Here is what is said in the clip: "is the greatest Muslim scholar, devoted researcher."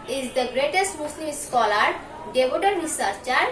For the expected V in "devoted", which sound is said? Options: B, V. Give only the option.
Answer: B